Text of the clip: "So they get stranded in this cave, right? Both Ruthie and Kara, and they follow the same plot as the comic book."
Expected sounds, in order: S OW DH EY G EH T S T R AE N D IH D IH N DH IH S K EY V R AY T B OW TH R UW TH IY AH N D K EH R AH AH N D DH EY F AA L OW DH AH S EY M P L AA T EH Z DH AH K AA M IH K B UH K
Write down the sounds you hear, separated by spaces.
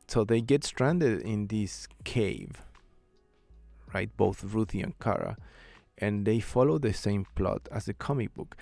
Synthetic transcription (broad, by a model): S OW DH EY G EH T S T R AE N D IH D IH N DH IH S K EY V R AY T B OW TH R UW TH IY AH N K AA R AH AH N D DH EY F AA L OW DH AH S EY M P L AA T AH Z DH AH K AA M IH K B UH K